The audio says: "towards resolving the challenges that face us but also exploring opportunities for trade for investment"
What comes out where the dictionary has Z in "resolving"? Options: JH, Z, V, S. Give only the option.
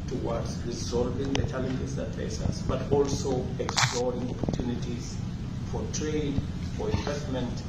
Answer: Z